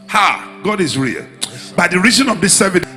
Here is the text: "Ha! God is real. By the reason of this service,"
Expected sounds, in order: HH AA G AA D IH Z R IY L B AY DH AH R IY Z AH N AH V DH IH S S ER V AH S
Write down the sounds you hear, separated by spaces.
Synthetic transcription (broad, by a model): HH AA G AA D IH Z R IY L B AY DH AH R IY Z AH N AH V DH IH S S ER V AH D